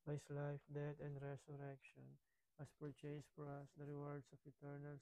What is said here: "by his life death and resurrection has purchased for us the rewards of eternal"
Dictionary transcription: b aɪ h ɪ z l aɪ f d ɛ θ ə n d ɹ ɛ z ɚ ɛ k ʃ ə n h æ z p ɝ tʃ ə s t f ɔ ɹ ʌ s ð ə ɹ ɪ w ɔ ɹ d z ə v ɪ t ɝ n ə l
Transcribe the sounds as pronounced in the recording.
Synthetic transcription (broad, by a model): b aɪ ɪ s l aɪ f d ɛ t ə n d ɹ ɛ s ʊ ɛ k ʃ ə n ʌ s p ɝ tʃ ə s f ɔ ɹ ʌ s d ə ɹ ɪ w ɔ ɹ d s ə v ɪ t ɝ n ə l